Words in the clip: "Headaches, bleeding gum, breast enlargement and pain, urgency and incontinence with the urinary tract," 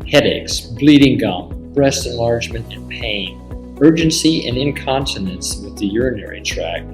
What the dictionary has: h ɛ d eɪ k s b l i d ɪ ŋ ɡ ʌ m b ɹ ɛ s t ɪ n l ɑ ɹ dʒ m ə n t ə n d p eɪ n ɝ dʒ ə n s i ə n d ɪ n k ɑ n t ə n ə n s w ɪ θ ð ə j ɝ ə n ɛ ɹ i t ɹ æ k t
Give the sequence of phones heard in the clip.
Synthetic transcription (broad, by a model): h ɛ d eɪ k s b l i d ɪ ŋ ɡ ʌ m b ɹ ɛ s t ɪ n l ɑ ɹ dʒ m ə n t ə n p eɪ n ɝ dʒ ə n s i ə n ɪ n k ɑ n t ə n ə n s w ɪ ð ə j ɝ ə n ɛ ɹ i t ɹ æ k